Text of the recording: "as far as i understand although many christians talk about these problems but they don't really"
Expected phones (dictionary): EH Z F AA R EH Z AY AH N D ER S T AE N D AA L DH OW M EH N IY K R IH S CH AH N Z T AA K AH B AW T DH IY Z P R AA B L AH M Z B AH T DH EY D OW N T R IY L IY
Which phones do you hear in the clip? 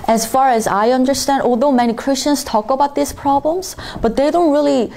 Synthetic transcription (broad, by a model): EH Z F AA R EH Z AY AH N D ER S T AE N D AA L DH OW M EH N IY K R IH S CH AH N Z T AA K AH B AW T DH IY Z P R AA B L AH M Z B AH T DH EY D OW N T R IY L IY